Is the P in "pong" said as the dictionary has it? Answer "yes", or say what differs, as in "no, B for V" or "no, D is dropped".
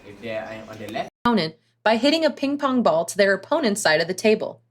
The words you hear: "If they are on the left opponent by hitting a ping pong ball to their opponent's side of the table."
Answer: yes